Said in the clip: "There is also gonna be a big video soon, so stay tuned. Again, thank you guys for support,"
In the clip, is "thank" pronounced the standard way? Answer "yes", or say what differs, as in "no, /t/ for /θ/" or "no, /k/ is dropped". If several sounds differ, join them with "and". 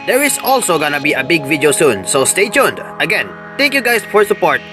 no, /t/ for /θ/